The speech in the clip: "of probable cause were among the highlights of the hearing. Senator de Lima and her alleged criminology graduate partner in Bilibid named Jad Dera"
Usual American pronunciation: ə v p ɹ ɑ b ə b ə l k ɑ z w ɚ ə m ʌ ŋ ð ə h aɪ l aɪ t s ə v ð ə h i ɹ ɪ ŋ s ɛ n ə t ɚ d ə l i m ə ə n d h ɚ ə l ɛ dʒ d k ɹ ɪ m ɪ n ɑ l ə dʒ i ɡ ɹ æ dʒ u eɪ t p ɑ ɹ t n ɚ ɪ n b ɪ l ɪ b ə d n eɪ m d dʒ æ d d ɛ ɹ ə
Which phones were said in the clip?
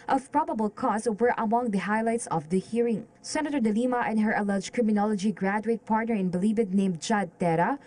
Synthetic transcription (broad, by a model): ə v p ɹ ɑ b ə b ə l k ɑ s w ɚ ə m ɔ ŋ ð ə h aɪ l aɪ t s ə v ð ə h i ɹ ɪ ŋ s ɛ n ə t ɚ d ə l i m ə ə n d h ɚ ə l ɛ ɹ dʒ k ɹ ɪ m ɪ n ɑ l ə dʒ i ɡ ɹ æ dʒ u eɪ t p ɑ ɹ t n ɚ ɪ n b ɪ l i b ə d n eɪ m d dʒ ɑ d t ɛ ɹ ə